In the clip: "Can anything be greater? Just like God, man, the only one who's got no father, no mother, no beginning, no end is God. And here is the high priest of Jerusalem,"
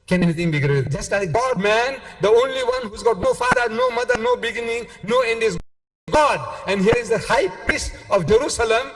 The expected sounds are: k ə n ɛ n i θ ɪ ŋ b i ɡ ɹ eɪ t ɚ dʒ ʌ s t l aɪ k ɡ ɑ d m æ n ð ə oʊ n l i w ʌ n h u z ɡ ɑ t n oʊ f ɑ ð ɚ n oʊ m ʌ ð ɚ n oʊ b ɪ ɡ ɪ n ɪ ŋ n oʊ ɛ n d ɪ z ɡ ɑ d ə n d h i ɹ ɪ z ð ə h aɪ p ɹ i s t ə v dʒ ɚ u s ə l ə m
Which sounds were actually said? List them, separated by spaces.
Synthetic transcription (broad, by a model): k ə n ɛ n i t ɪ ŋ b i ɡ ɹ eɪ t dʒ ʌ s t l aɪ k ɡ ɑ d m æ n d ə oʊ n l i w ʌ n h u z ɡ ɑ t n oʊ f ɑ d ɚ n oʊ m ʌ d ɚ n oʊ b ɪ ɡ ɪ n ɪ ŋ n oʊ ɛ n d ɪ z ɡ ɑ d ə n d h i ɹ ɪ z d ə h aɪ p i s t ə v dʒ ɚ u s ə l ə m